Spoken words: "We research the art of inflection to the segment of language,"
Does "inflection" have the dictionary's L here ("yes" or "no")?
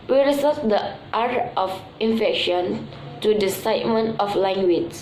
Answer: no